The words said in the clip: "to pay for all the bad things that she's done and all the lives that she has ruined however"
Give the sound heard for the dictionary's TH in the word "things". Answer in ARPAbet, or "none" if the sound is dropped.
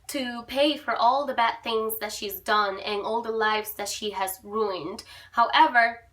TH